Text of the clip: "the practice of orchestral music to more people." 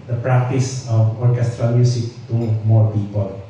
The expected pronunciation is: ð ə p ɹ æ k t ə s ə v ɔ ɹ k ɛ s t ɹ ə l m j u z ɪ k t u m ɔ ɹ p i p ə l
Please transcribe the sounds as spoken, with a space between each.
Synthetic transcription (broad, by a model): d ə p ɹ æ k t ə s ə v ɔ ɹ k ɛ s t ɹ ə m j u s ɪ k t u m ɔ ɹ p i p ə l